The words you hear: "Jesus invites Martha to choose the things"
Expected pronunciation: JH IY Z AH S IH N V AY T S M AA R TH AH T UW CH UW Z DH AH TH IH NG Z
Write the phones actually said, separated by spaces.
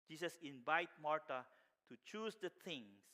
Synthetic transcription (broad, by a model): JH IY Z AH S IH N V AY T M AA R T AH T UW CH UW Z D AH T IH NG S